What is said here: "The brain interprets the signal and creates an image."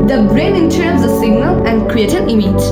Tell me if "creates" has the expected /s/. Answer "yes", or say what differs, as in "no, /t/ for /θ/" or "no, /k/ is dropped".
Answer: no, /s/ is dropped